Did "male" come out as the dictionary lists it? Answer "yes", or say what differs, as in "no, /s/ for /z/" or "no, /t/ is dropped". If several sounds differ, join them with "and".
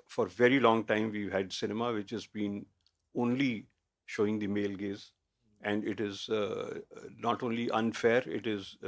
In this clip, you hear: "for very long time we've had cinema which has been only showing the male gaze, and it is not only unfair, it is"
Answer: yes